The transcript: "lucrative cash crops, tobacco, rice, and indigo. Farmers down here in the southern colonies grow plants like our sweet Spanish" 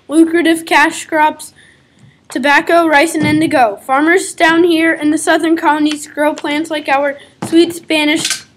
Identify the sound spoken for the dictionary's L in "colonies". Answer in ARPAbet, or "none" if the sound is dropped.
none